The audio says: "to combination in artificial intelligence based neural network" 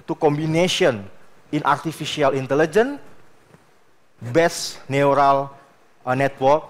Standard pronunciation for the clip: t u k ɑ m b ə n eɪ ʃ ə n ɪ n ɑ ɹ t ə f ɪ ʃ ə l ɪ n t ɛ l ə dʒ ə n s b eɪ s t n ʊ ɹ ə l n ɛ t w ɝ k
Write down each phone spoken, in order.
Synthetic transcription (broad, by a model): t u k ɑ m b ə n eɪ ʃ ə n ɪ n ɑ ɹ t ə f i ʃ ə l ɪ n t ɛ l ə dʒ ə n b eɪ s n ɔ ɹ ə l n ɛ t w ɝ k